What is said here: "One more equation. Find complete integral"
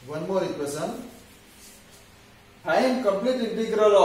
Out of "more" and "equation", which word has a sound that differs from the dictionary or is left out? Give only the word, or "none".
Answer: equation